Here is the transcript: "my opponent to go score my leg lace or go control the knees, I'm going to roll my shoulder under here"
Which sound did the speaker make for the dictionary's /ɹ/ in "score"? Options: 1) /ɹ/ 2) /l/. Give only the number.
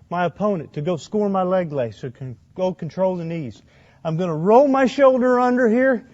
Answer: 1